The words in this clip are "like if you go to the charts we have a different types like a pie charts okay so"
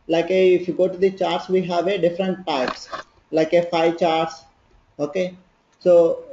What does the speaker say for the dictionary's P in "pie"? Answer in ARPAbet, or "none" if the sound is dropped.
F